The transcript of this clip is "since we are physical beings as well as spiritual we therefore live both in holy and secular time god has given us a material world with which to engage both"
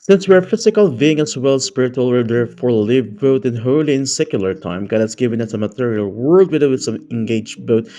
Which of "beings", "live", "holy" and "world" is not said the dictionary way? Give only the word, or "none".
beings